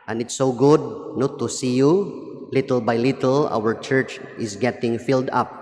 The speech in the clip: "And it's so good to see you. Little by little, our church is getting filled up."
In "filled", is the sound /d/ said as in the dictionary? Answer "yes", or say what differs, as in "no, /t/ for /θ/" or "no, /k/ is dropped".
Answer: yes